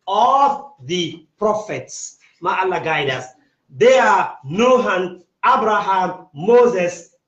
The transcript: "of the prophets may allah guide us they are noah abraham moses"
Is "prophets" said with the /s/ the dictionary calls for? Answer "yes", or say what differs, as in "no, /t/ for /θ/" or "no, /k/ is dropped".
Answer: yes